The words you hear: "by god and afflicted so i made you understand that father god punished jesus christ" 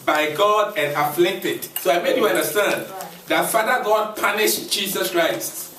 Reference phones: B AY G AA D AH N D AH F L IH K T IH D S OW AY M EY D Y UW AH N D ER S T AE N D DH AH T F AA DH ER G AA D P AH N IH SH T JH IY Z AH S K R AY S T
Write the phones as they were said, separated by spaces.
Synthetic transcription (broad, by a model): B AY G AA D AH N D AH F L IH T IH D S OW AY M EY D Y UW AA N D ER S T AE N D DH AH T F AA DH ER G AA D P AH N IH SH JH IY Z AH S K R AY S T